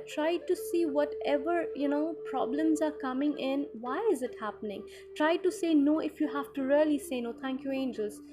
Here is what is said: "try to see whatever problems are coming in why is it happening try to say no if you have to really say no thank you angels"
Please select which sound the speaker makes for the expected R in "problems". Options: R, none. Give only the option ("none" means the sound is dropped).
R